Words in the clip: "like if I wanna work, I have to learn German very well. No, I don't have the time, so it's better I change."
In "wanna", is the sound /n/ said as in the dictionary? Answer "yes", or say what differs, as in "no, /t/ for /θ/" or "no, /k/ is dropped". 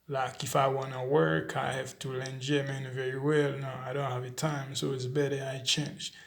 yes